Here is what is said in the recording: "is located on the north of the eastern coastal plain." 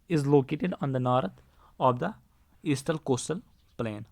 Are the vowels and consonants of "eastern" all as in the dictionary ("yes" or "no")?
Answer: no